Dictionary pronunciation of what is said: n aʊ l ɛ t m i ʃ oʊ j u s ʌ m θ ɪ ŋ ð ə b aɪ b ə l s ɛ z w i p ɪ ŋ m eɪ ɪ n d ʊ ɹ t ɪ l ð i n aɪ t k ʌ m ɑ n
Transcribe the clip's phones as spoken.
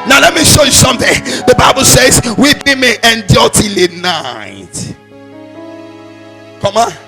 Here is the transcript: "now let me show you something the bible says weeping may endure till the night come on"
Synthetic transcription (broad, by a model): n aʊ l ɛ t m i ʃ oʊ j u s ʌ m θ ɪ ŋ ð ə b aɪ b ə l s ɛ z w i b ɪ m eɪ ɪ n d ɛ l t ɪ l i n aɪ t k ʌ m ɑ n